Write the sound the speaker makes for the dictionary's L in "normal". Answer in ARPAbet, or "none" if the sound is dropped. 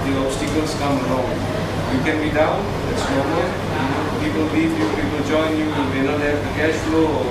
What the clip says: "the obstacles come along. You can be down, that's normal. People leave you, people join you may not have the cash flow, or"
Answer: N